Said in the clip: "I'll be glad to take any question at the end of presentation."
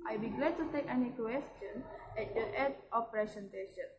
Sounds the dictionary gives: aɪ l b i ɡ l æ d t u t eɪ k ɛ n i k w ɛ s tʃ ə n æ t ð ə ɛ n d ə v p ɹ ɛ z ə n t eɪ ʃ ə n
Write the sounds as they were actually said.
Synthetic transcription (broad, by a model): aɪ b i ɡ l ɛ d t u t eɪ k ɛ n i k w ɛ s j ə n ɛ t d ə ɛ d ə f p ɹ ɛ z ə n t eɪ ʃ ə n